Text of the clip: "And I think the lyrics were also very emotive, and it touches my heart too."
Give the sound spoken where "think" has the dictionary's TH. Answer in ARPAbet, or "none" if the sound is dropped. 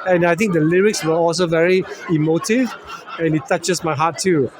T